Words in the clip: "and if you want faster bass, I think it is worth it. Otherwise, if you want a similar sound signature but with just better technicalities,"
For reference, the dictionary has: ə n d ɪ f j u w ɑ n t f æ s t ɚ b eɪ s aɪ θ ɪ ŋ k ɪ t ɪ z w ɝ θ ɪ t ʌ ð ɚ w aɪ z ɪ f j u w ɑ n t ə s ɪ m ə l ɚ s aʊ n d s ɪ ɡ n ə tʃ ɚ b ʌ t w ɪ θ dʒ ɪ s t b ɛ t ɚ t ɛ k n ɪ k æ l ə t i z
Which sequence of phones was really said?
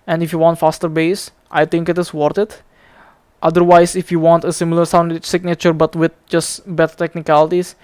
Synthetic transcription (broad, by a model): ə n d ɪ f j u w ɑ n t f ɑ s t ɚ b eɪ s aɪ t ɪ ŋ k ɪ t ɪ s w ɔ t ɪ t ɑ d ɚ w aɪ s ɪ f j u w ɑ n t ə s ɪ m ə l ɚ s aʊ n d s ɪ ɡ n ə tʃ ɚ b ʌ t w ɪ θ dʒ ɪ s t b ɛ t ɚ t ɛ k n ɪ k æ l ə t i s